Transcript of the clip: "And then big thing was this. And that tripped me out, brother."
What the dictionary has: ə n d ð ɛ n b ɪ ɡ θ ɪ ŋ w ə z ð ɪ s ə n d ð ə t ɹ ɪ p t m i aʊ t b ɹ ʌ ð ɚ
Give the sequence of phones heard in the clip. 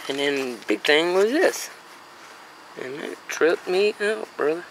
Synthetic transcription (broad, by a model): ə n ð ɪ n b ɪ ɡ θ ɪ ŋ w ə z ð ɪ s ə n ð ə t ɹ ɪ t m i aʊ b ɹ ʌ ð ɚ